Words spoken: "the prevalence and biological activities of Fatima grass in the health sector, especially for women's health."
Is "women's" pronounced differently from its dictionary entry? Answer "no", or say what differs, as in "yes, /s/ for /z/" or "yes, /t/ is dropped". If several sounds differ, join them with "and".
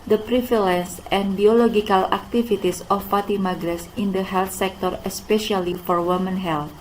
yes, /z/ is dropped